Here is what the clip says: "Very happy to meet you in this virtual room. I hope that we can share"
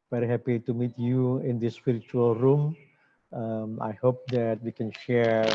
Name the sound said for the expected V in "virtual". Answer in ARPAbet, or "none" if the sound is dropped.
P